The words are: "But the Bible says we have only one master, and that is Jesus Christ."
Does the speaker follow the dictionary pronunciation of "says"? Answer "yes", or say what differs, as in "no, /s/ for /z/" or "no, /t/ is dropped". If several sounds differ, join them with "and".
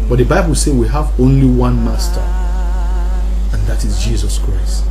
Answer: no, /z/ is dropped